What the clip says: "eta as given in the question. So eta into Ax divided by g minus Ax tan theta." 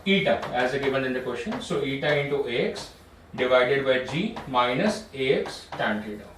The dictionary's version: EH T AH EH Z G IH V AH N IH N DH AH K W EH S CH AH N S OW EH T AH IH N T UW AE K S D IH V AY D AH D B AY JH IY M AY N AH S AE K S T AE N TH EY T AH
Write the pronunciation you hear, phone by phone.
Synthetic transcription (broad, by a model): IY T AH EH Z G IH V AH N IH N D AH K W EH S SH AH N S OW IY T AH IH N T UW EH K S D IH V AY D AH D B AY JH IY M AY N AH S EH K S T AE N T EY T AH